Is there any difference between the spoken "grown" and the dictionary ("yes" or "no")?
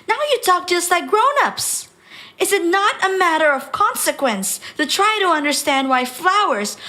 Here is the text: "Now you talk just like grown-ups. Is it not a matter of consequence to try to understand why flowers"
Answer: no